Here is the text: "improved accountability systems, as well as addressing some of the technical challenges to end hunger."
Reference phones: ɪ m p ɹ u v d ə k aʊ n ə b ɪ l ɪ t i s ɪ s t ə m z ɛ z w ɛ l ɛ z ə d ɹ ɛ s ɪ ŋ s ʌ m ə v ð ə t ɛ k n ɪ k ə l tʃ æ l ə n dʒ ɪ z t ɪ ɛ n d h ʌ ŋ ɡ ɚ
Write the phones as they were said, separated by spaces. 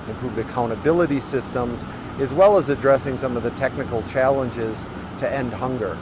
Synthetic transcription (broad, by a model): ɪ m p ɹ u v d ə k aʊ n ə b ɪ l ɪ t i s ɪ s t ə m z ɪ z w ɛ l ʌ z ə d ɹ ɛ s ɪ ŋ s ʌ m ə v ð ə t ɛ k n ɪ k l tʃ æ l ə n dʒ ɪ z t ɪ ɛ n d h ʌ ŋ ɡ ɚ